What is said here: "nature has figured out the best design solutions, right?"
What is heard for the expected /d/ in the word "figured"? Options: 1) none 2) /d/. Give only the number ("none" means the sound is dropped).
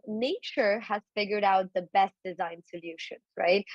2